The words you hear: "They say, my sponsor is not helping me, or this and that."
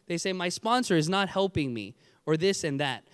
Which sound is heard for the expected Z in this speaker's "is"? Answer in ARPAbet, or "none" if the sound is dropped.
Z